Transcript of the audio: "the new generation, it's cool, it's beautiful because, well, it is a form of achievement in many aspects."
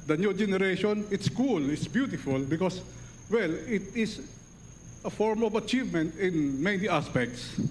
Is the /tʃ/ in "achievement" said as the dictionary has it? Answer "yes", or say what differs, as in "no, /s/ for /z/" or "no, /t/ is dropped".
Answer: yes